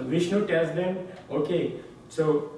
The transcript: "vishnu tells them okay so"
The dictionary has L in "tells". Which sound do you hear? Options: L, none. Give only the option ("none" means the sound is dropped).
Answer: none